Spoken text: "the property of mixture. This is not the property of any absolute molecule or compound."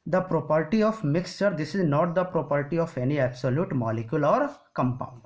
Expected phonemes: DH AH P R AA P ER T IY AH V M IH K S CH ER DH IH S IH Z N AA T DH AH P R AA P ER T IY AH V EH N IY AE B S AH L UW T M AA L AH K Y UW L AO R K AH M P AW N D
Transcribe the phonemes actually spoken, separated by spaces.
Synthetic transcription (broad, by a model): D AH P R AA P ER T IY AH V M IH K S CH ER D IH S IH Z N AA T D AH P R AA P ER T IY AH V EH N IY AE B S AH L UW T M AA L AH K Y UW L AO R K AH M P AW N D